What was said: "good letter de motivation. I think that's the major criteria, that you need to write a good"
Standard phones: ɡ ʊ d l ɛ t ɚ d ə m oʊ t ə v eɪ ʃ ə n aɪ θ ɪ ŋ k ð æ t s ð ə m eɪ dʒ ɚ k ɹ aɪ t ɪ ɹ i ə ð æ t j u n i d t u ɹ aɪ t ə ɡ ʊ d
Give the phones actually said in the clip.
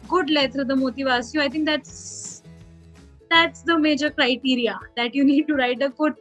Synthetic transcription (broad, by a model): ɡ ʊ d l ɛ t ɚ d ə m oʊ t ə v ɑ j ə aɪ t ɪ ŋ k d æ t s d ə m eɪ dʒ ɚ k ɹ aɪ t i ɹ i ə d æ t j u n i d t u ɹ aɪ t ə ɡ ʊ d